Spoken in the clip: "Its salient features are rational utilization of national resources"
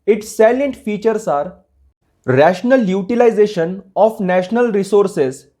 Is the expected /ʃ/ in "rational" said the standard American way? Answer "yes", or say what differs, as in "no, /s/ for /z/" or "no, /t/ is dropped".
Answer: yes